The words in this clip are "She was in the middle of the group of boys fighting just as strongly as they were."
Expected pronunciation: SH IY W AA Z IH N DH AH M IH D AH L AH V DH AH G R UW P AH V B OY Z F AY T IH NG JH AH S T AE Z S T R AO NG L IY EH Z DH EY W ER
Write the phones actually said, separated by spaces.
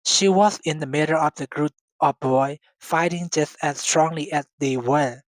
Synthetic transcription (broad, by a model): SH IY W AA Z IH N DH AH M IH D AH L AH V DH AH G R UW P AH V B OY F AY T IH NG JH AH S T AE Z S T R AO NG L IY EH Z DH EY W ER